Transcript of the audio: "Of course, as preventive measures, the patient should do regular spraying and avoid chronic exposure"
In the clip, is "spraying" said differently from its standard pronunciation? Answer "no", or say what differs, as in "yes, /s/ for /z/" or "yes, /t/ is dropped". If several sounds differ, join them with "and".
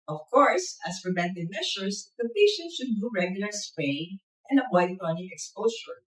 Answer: yes, /ɹ/ is dropped